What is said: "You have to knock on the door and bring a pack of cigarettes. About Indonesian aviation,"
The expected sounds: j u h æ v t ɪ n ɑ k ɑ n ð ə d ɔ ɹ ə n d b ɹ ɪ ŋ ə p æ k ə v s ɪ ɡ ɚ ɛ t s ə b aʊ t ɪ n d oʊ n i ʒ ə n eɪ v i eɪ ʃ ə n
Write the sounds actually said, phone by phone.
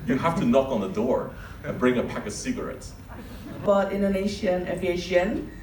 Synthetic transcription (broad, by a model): j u h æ f t ɪ n ɑ k n ð ə d ɔ ɹ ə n b ɹ ɪ ŋ ə p æ k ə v s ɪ ɡ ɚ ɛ t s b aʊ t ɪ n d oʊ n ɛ ʃ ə n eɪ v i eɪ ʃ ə n